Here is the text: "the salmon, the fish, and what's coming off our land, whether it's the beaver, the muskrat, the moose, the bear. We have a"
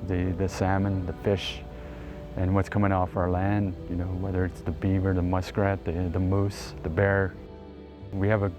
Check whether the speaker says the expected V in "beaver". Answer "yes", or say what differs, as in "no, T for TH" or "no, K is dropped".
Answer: yes